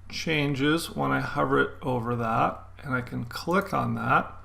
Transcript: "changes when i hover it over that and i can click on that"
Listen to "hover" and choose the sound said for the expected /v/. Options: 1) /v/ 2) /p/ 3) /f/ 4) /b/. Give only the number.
1